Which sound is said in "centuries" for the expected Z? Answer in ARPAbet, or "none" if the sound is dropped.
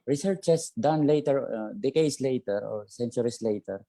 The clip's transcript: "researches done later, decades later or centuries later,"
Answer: S